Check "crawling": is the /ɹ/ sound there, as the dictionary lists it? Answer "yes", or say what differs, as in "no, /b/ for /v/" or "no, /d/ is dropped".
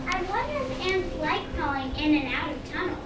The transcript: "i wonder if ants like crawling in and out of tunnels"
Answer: no, /ɹ/ is dropped